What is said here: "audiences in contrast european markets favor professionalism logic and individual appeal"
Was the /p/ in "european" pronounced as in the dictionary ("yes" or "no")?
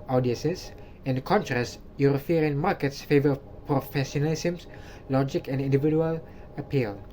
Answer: no